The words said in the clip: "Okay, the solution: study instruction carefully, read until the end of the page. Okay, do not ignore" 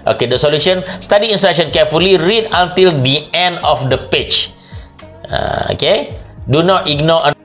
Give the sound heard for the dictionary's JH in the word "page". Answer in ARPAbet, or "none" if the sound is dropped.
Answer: CH